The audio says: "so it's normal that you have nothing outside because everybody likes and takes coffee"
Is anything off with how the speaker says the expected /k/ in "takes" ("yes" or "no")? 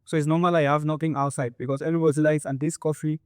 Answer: yes